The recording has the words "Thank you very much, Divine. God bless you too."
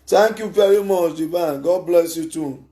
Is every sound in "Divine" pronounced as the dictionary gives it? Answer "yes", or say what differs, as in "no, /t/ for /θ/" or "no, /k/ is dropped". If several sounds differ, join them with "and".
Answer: no, /b/ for /v/